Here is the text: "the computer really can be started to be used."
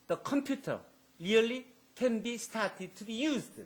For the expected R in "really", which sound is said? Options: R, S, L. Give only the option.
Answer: L